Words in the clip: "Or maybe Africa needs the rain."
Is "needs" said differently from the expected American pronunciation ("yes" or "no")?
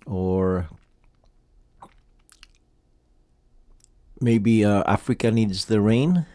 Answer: no